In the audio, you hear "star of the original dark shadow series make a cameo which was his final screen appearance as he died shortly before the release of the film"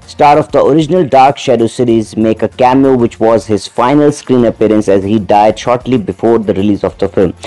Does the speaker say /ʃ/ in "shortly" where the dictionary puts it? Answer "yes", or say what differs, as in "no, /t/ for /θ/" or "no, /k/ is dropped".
yes